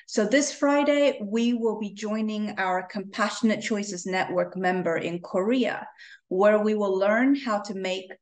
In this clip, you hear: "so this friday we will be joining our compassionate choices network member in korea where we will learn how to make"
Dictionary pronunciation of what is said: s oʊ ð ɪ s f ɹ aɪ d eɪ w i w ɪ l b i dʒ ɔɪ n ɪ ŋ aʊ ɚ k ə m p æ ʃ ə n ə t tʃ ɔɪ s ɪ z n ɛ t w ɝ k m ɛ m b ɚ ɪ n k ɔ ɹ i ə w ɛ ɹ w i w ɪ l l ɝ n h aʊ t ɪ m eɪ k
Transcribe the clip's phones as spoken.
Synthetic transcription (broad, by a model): s oʊ ð ɪ s f ɹ aɪ d eɪ w i w ɪ l b i dʒ ɔɪ n ɪ ŋ aʊ ɚ k ə m p æ ʃ ə n ə t tʃ ɔɪ s ɪ z n ɛ t w ɝ k m ɛ m b ɚ ɪ n k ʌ ɹ i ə w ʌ ɹ w i w ɪ l l ɝ n h aʊ t ɪ m eɪ k